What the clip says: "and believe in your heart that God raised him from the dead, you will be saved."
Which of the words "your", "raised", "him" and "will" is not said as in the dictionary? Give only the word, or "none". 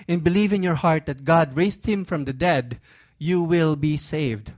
raised